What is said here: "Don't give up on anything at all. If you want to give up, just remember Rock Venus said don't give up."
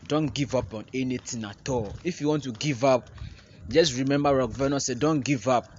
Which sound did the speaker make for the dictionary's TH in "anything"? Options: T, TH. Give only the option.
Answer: T